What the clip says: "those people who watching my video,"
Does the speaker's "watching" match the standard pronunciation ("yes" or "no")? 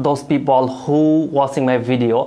no